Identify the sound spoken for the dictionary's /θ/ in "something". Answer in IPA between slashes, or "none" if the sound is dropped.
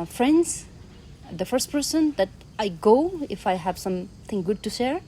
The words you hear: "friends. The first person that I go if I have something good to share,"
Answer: /t/